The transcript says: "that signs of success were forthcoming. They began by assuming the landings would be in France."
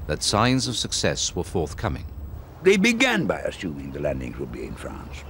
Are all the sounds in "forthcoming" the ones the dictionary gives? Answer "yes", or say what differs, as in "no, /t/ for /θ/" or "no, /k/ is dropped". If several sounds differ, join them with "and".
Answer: yes